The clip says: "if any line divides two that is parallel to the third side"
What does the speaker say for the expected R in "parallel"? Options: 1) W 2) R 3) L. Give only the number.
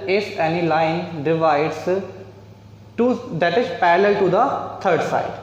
2